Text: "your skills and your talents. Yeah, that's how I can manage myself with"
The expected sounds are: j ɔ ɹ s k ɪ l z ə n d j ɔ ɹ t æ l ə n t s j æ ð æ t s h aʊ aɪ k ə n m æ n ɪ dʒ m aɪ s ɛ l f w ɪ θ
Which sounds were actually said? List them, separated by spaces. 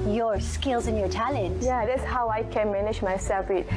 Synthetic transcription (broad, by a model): j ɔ ɹ s k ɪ l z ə n j ɔ ɹ t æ l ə n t j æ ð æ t s h aʊ aɪ k ə n m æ n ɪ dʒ m aɪ s ɛ l f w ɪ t